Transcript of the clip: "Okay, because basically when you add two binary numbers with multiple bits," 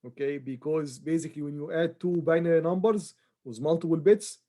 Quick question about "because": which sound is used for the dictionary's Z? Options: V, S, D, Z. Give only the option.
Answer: Z